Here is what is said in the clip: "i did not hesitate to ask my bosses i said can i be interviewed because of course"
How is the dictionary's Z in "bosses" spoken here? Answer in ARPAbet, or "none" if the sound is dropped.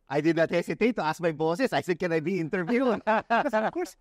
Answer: S